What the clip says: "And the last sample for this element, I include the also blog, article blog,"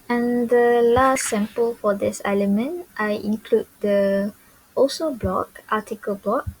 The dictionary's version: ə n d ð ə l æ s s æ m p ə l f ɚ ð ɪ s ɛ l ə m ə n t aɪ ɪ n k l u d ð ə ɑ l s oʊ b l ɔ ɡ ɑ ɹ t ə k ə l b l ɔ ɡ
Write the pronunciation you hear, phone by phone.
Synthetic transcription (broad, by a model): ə n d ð ə l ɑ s s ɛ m p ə l f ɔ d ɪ s ɛ l ə m ə n t aɪ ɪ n k l u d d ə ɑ s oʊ b l ɔ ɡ ɑ t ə k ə l b l ɔ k